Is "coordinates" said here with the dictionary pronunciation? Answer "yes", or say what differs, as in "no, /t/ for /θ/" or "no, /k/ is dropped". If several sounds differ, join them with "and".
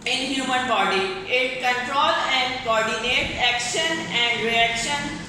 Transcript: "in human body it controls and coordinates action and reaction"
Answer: no, /s/ is dropped